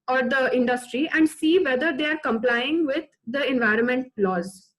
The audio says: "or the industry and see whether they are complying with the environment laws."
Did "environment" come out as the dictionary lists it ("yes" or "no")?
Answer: yes